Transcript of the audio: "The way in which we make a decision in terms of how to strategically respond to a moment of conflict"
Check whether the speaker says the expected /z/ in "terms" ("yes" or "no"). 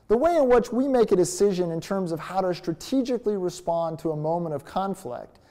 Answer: yes